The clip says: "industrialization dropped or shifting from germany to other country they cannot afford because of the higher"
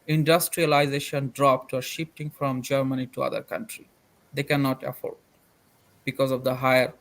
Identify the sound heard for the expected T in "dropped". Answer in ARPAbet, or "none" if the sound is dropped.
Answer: T